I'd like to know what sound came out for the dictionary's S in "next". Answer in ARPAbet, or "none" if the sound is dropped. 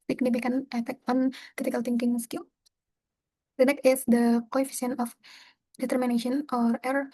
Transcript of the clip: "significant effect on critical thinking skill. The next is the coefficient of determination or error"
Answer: none